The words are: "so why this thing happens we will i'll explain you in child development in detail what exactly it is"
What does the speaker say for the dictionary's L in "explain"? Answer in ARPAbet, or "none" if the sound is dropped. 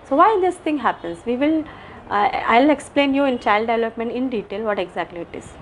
L